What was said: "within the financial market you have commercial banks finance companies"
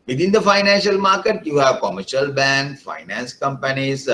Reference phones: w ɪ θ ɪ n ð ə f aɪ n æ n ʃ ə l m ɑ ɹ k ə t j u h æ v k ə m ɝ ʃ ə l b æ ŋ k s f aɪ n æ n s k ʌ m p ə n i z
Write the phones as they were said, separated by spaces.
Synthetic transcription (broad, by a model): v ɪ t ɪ n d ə f aɪ n æ n ʃ ə l m ɑ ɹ k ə t j u h æ v k ə m ɝ ʃ ə l b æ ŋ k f aɪ n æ n s k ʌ m p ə n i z